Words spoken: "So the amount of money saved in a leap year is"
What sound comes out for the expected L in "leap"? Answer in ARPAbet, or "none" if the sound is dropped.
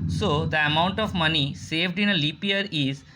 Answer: L